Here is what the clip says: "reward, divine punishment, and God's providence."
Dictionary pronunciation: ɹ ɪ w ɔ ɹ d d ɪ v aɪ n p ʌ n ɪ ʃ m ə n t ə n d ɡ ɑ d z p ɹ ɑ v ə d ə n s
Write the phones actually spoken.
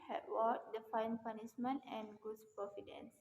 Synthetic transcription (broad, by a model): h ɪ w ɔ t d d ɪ f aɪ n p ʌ n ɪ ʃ m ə n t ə n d ɡ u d s p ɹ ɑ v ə d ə n s